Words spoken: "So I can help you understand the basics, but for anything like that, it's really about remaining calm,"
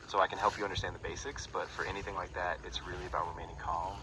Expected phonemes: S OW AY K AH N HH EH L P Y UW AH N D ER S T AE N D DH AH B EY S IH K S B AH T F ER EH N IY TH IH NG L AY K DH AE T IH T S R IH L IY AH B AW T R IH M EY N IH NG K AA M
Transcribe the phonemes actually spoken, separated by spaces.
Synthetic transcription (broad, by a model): S OW AY K AH N HH EH L P Y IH AH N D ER S T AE N DH AH B EY S IH K S B AH T F ER EH N IY TH IH NG L AY K DH AE T IH T S R IH L IY AH B AW T R IH M EY N IH NG K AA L